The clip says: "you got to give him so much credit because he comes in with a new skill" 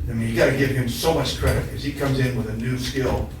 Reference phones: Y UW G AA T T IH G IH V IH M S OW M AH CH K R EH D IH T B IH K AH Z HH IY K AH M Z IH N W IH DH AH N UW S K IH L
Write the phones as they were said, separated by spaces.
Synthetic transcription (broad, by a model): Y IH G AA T T IH G IH V IH M S OW M AH CH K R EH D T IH K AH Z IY K AH M Z IH N W IH DH AH N UW S K IH L